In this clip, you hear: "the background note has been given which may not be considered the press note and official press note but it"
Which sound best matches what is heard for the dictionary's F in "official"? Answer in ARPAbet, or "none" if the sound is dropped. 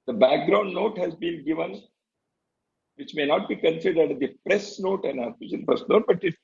none